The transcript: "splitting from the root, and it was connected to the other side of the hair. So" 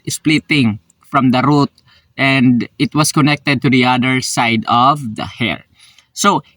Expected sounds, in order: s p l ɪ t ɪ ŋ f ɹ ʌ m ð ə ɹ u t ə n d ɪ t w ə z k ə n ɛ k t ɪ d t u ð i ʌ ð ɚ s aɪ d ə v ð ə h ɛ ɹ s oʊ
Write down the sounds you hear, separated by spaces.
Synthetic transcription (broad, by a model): s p l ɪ t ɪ ŋ f ɹ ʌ m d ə ɹ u t ə n d ɪ t w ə s k ə n ɛ k t ɪ d t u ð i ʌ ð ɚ s aɪ d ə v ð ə h ɛ ɹ s oʊ